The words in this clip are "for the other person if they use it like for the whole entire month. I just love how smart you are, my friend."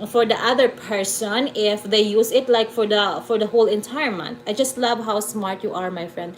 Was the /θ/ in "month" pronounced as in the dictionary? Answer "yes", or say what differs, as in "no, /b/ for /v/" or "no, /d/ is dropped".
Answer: no, /t/ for /θ/